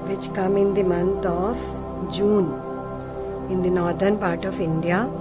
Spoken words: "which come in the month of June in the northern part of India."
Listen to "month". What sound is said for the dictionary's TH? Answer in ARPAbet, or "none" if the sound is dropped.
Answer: T